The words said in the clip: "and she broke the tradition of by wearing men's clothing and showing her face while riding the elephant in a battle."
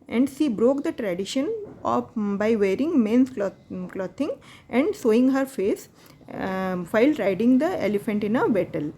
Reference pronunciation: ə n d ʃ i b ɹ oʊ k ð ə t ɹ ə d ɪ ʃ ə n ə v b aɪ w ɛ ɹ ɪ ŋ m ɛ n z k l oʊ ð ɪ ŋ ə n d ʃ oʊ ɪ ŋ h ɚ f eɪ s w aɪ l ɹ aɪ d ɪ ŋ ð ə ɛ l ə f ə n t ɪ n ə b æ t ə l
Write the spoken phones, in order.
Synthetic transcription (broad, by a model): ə n d ʃ i b ɹ oʊ k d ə t ɹ ə d ɪ ʃ ə n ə b aɪ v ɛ ɹ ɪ ŋ m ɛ n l k l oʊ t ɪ ŋ ə n d s oʊ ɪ ŋ h ɚ f eɪ s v aɪ l ɹ aɪ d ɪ ŋ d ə ɛ l ə f ə n t ɪ n ə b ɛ t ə l